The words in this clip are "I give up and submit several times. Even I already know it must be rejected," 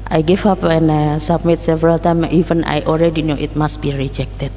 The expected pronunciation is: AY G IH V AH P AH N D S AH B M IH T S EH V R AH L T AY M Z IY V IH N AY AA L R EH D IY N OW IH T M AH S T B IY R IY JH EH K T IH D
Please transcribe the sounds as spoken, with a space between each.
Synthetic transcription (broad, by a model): AY G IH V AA P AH N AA S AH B M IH T S EH V R AH L T AY M IY V IH N AY AA L R EH D IY N OW IH T M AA S T B IY R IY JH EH K T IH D